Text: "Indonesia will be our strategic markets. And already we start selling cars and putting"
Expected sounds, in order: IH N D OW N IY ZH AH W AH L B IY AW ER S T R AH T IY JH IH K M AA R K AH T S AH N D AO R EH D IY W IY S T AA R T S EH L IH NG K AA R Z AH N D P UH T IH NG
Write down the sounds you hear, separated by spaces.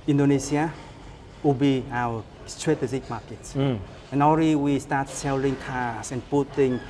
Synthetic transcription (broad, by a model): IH N D OW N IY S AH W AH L B IY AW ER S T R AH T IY Z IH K M AA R K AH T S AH N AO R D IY W IY S T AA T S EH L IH NG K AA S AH N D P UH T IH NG